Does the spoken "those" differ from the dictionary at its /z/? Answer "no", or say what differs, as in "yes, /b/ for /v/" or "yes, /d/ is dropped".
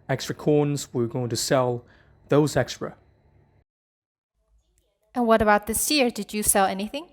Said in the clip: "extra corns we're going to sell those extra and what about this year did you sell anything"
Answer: no